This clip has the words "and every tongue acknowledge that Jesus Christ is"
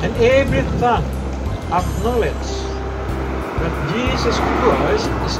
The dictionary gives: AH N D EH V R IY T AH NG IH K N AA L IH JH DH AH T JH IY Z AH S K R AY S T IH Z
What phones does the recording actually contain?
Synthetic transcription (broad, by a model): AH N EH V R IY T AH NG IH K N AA L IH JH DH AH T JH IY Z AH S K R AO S IH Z